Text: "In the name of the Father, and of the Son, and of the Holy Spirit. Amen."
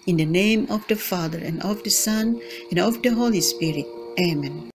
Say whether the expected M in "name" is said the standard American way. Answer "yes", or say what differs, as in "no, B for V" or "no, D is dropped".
yes